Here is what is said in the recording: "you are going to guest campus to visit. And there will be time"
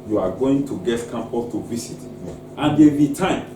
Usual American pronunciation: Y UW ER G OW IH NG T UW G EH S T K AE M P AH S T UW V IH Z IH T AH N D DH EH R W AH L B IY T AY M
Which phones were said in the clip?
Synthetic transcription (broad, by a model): Y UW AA G OW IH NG T UW G EH T K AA M P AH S T UW V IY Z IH T AH N D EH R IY T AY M